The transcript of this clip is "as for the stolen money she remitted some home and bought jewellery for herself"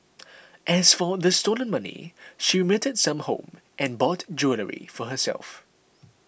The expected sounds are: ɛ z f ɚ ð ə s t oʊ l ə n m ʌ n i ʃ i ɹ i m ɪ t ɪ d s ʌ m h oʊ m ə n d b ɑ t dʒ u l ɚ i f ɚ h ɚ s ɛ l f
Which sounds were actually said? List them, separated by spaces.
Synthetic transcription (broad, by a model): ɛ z f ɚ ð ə s t oʊ l ə n m ʌ n i ʃ i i m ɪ t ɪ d s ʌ m h oʊ m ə n b ɑ t dʒ u l ɚ i f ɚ h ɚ s ɛ l f